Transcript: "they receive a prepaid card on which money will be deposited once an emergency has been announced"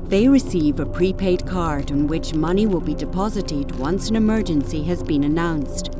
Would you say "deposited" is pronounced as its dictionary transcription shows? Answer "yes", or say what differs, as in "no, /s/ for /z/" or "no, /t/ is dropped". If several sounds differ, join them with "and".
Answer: yes